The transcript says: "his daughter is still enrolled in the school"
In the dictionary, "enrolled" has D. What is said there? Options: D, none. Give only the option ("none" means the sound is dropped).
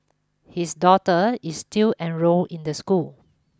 none